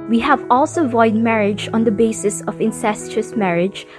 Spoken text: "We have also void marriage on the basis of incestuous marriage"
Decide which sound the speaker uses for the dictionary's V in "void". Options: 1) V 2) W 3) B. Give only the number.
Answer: 1